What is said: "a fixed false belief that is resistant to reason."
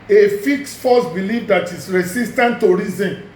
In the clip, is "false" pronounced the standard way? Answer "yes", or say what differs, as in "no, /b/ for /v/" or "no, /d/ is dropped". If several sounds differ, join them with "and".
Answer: no, /l/ is dropped